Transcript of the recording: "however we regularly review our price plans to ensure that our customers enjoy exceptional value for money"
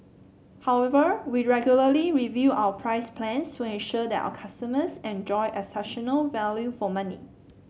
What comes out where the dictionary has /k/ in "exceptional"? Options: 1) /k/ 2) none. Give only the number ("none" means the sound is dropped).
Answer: 2